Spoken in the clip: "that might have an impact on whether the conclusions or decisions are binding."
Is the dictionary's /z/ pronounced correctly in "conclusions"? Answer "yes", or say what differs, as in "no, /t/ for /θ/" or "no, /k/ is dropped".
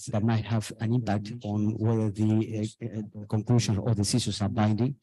no, /z/ is dropped